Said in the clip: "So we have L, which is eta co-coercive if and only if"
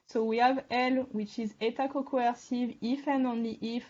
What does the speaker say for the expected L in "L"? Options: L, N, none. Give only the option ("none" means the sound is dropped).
L